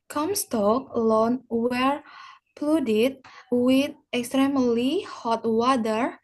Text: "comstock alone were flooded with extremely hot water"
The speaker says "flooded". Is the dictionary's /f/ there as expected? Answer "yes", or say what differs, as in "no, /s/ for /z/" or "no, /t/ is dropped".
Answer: no, /p/ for /f/